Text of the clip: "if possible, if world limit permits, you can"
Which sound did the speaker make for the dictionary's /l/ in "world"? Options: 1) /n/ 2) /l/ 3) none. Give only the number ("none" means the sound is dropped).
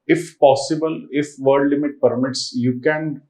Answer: 3